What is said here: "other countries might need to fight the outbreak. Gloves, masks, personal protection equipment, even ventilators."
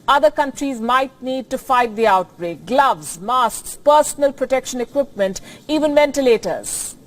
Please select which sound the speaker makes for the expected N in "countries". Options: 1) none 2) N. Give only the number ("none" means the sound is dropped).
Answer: 2